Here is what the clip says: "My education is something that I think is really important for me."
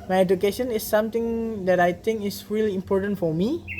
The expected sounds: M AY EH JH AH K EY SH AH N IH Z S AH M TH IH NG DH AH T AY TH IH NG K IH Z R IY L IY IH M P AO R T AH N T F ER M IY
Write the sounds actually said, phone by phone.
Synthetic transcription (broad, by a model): M AY EH JH AH K EY SH AH N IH S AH M T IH NG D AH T AY T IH NG K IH S R IY L IY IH M P AO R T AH N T F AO M IY